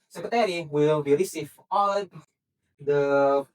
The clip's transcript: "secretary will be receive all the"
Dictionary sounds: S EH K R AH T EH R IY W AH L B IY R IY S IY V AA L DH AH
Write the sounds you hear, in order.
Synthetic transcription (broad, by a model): S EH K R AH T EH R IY W AH L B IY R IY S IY F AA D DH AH